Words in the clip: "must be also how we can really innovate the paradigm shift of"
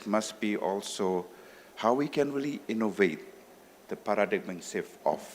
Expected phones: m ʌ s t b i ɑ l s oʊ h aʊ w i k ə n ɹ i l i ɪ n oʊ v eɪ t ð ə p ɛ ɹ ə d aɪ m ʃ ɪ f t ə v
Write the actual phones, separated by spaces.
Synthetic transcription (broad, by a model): m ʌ s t b i ɑ l s oʊ h aʊ w i k ə n ɹ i l i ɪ n oʊ v eɪ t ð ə p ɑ ɹ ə d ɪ m s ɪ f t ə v